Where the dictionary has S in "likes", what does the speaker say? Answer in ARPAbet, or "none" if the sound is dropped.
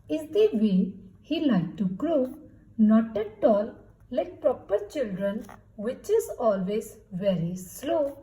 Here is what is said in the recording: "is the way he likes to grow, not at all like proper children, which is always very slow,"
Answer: none